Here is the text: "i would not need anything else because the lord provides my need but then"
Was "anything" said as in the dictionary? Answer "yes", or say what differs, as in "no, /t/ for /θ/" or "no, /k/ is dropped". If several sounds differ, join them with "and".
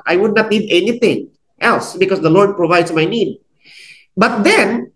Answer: no, /t/ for /θ/